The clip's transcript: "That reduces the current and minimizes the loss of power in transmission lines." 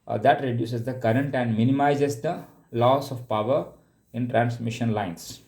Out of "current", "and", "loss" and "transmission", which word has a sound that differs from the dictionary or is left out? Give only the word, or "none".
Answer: none